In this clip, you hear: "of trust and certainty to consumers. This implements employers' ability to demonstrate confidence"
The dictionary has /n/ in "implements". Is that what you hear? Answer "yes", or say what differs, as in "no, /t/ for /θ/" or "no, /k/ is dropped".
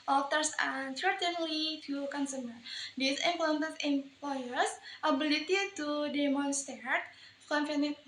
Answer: no, /n/ is dropped